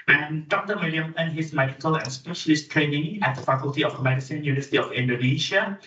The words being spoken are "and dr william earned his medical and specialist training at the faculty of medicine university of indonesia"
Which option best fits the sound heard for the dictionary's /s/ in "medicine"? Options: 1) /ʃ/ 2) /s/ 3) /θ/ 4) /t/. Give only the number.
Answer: 2